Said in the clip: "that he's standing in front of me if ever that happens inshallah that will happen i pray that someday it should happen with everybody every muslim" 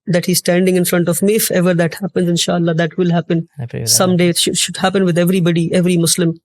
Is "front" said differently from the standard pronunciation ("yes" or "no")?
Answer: no